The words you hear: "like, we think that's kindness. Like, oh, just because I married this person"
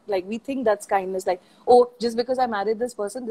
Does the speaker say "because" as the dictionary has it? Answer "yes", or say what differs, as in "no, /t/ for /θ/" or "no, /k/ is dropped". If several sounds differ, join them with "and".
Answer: yes